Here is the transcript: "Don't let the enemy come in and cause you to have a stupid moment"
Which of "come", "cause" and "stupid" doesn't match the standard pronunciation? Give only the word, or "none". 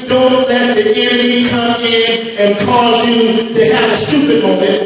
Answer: none